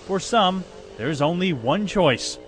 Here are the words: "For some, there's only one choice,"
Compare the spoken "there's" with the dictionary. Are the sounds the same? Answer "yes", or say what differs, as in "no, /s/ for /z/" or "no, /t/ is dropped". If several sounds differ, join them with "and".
yes